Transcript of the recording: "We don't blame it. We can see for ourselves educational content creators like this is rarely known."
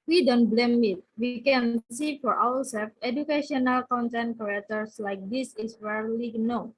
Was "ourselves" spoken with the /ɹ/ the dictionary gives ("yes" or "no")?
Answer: no